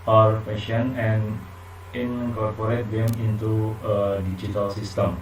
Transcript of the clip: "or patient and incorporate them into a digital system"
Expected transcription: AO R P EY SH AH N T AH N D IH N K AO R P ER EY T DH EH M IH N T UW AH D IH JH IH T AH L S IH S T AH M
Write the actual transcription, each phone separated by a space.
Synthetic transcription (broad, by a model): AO R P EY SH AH N AH N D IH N K AO R P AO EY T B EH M IH N T UW AH D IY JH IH T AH L S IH S T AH M